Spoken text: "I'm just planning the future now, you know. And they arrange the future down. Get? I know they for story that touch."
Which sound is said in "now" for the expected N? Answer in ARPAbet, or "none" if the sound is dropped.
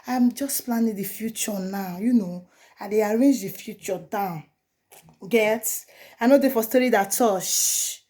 N